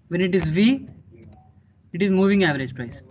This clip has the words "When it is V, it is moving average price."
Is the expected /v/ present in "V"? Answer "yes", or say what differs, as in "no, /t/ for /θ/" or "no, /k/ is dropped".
yes